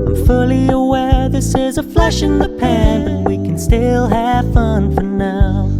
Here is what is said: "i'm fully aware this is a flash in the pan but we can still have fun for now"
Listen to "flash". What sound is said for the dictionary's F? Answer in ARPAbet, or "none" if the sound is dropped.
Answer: F